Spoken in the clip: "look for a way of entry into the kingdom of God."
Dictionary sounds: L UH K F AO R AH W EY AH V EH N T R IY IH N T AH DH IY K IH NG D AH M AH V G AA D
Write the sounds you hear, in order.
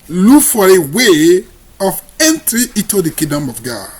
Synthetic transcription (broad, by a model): L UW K F AO R AH W EY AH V EH N T R IY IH T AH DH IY K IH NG D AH M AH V G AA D